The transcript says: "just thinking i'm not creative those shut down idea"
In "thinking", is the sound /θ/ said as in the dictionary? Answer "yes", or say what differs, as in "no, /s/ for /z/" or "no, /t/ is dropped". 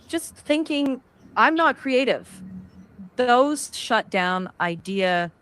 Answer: yes